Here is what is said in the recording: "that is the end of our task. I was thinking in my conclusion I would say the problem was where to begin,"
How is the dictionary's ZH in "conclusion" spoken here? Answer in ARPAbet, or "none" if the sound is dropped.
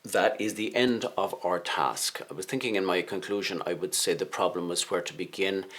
ZH